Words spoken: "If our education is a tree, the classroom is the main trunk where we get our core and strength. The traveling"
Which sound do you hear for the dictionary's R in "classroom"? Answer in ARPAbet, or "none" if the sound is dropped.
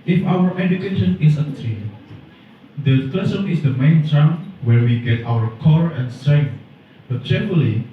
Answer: none